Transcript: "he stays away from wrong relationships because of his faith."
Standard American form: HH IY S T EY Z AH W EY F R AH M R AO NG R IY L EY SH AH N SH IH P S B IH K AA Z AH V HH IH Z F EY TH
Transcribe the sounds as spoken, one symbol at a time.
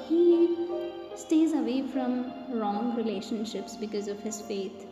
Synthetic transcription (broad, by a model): HH IY S T EY Z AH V EY F R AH M R AO NG R IY L EY SH AH N SH IH P S B IH K AA Z AH V HH IH Z F EY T